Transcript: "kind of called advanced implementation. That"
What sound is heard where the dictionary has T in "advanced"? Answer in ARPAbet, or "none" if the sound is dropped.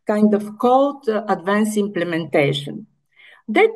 none